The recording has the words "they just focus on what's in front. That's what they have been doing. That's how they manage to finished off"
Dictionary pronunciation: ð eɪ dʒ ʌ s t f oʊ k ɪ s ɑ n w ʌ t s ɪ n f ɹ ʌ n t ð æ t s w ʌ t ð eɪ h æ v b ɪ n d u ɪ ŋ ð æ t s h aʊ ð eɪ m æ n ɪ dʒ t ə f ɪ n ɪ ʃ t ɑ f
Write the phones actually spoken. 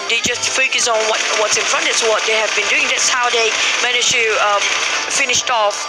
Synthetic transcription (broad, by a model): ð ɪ dʒ ʌ s t f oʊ k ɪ s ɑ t w ʌ t s ɪ n f ɹ ʌ n t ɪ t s w ʌ t ð eɪ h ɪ v b ɪ n d u ɪ ŋ ð æ t s h aʊ ð eɪ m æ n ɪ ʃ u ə f ɪ n ɪ ʃ t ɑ f